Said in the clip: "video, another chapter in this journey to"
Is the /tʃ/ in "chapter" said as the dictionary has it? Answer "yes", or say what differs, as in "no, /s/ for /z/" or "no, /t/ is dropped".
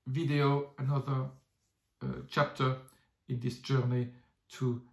yes